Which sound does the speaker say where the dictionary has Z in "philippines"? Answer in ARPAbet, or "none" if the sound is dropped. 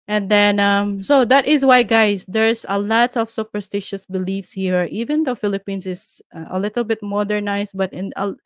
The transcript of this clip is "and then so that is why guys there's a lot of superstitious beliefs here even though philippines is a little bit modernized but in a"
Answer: S